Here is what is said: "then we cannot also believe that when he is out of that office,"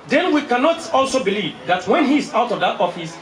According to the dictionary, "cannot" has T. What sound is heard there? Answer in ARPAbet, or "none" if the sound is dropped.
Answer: T